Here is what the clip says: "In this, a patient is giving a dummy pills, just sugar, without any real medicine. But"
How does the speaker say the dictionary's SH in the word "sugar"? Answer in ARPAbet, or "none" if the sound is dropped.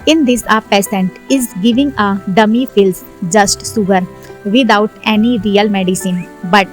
S